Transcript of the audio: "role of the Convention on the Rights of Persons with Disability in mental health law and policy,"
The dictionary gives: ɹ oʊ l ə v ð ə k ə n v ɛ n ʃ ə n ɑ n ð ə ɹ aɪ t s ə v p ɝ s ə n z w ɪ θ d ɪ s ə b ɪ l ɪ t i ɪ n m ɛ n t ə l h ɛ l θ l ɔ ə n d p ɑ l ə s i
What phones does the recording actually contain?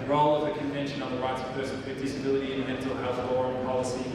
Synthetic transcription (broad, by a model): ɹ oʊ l ə v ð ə k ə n v ɛ n ʃ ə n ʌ n ð ə ɹ aɪ t s ə v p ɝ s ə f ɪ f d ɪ s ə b ɪ l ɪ t i ɪ n m ɛ n t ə l h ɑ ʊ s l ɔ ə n p ɑ l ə s i